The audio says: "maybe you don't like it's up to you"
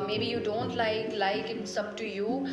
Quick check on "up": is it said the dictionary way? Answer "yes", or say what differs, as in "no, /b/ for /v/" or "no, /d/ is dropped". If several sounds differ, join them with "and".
no, /b/ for /p/